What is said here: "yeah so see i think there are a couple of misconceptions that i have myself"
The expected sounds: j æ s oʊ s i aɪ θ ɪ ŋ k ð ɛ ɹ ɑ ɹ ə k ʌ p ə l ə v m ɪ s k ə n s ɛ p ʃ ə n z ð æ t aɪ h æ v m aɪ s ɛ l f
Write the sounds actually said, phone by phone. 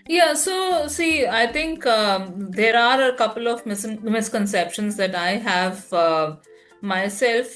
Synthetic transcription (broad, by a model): j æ s oʊ s i aɪ t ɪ ŋ k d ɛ ɹ ɑ ɹ ə k ʌ p ə l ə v m ɪ s k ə n s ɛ p ʃ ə n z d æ t aɪ h æ v m aɪ s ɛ l f